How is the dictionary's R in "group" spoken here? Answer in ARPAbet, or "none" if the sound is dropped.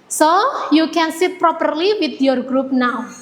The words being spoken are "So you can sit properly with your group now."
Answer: R